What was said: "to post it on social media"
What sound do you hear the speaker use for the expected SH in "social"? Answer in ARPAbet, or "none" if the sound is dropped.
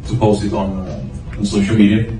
SH